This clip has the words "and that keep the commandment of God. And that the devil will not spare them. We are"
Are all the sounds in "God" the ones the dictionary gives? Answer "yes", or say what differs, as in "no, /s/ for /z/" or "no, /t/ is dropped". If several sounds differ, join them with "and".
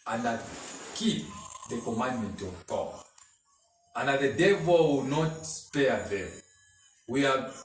no, /d/ is dropped